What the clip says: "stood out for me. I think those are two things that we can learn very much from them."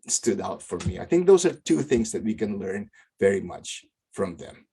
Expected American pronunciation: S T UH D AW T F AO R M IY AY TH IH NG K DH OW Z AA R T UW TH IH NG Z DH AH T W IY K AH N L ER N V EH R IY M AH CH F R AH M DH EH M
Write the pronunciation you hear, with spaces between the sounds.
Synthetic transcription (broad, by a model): S T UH D AW T F AO R M IY AY TH IH NG K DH OW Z AA R T UW TH IH NG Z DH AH T W IY K AH N L ER N V EH R IY M AH CH F R AH M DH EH M